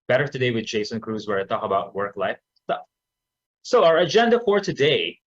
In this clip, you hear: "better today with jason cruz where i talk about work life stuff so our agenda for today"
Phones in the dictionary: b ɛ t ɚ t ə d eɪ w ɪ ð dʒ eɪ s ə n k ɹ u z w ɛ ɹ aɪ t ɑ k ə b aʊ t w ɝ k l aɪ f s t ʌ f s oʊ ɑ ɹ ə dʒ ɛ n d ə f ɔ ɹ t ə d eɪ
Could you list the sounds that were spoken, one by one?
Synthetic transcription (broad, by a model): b ɛ t ɚ t ə d eɪ w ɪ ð dʒ eɪ s ə n k ɹ u z w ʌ ɹ aɪ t ɑ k ə b aʊ t w ɝ k l aɪ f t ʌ s oʊ ɑ ɹ ə dʒ ɛ n d ə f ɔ ɹ t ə d eɪ